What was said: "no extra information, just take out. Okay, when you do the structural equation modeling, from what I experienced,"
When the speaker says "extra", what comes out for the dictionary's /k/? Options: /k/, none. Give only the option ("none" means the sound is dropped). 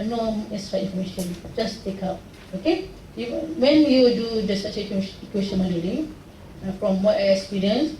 none